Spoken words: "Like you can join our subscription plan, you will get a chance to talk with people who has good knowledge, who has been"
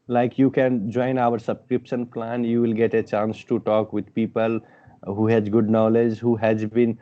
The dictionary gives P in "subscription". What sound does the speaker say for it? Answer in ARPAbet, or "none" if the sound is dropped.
P